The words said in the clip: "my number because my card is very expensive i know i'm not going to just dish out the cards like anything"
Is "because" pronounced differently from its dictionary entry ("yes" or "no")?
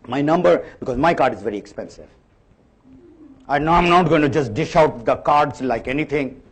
no